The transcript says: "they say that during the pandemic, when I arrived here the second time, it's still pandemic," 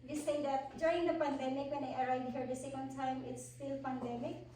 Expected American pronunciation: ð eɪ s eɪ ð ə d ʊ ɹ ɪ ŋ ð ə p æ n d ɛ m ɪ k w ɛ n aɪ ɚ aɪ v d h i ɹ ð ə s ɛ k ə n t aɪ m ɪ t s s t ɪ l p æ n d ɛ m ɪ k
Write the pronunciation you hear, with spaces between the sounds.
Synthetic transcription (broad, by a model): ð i s eɪ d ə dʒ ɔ ɪ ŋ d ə p æ n d ɛ m ɪ k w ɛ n aɪ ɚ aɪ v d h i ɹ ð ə s ɛ k ə n t aɪ m ɪ t s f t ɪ l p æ n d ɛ m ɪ k